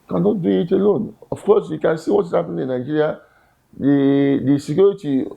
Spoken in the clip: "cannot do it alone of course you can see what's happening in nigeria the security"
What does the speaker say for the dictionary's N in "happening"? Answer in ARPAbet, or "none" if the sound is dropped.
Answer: none